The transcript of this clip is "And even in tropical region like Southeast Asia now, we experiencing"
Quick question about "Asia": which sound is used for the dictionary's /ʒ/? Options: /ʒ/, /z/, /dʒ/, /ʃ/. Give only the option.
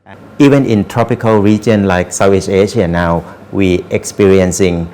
/ʃ/